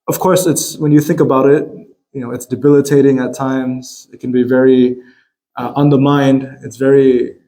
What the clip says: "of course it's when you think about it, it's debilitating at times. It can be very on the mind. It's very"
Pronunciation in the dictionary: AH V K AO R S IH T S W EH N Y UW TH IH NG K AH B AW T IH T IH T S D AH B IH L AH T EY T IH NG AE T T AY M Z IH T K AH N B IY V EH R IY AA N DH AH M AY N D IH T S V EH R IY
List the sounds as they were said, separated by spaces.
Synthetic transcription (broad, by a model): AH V K AO R S IH T S W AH N Y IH TH IH NG K AH B AW T IH T IH T S D AH B IH L AH T EY T IH NG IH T T AY M Z IH T K N B IY V EH R IY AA N DH AH M AY N D IH T S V EH R IY